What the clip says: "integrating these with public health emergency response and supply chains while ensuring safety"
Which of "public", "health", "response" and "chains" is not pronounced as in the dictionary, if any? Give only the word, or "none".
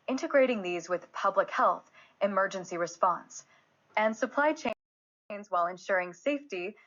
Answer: none